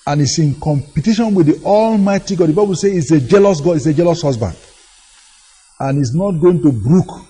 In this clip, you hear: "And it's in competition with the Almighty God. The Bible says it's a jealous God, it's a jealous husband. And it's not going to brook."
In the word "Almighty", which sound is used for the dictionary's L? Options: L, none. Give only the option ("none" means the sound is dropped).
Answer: L